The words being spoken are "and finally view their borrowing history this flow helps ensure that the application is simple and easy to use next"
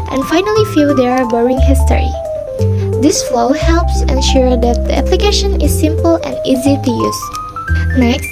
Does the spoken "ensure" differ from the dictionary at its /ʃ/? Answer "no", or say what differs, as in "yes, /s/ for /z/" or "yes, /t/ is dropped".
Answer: no